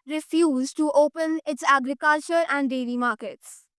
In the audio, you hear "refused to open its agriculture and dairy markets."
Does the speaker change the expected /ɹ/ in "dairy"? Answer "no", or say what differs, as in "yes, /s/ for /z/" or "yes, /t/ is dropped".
yes, /l/ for /ɹ/